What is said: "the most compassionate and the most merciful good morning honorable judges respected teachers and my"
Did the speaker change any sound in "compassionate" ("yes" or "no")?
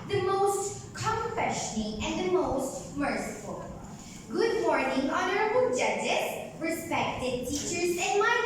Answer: yes